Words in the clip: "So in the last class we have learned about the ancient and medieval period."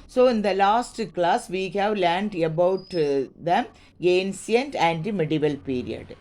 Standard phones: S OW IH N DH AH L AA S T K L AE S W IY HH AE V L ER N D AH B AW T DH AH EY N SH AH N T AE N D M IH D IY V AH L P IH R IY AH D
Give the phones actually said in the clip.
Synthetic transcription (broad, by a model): S OW IH N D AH L AA S T K L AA S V IY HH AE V L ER N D AH B AW T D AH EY N S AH N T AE N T M IH D IY V AH L P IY R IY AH D